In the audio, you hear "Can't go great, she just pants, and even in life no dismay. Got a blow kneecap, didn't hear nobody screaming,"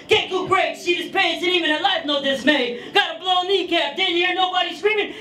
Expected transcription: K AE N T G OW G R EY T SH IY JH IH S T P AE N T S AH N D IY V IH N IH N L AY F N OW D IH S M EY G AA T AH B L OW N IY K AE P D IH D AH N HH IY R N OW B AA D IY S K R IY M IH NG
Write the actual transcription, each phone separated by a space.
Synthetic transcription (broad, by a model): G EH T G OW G R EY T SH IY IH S P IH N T AH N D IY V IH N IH L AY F N OW D IH S M EY G AA T AH B L OW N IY K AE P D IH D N HH IY R N OW B AA D IY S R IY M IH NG